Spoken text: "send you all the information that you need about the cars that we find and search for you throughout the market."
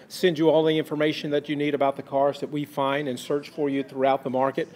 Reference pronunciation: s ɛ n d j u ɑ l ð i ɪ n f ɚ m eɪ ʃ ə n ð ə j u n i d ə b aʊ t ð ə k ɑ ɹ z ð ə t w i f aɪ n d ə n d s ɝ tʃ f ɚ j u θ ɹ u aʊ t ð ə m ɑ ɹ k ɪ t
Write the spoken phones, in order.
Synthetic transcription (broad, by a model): s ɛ n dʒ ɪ ɑ l ð i ɪ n f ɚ m eɪ ʃ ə n ð ə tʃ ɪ n i d ə b aʊ t ð ə k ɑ ɹ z ð ə t w i f aɪ n d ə n s ɝ tʃ f ɚ j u θ ɹ u aʊ t ð ə m ɑ ɹ k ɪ t